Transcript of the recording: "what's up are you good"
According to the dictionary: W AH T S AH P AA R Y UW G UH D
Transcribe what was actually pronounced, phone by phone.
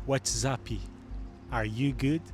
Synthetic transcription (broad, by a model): W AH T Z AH P AA R Y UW G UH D